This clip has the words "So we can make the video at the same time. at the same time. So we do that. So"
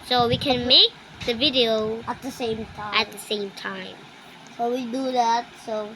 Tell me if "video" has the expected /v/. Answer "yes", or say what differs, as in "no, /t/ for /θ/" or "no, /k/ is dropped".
yes